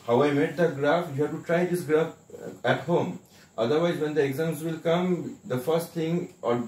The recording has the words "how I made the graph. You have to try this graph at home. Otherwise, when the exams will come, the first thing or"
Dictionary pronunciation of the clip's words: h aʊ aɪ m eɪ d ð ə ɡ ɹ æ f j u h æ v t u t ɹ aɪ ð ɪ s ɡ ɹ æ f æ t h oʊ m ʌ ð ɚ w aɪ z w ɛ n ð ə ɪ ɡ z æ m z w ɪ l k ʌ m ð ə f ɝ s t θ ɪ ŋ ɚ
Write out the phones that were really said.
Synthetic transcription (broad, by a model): h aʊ aɪ m eɪ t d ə ɡ ɹ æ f j u h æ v t u t ɹ aɪ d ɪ s ɡ ɹ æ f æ t h oʊ m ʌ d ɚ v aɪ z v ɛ n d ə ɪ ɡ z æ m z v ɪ l k ʌ m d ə f ɝ s t t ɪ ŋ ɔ